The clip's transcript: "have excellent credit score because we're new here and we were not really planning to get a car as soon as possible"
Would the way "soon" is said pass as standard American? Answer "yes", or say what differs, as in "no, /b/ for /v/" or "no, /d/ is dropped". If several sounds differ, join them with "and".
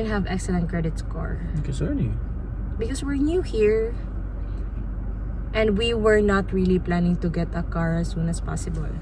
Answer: yes